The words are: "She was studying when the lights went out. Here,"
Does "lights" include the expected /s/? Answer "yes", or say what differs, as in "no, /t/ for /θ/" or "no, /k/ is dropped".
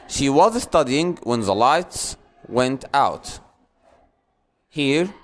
yes